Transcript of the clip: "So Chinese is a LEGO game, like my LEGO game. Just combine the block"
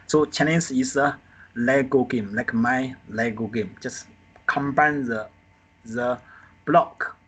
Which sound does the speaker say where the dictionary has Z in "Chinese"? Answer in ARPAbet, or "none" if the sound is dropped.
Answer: S